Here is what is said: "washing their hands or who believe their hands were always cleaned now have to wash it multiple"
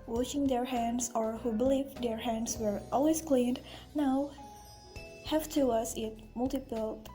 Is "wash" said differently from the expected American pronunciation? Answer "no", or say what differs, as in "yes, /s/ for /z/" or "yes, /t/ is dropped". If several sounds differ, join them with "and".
yes, /s/ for /ʃ/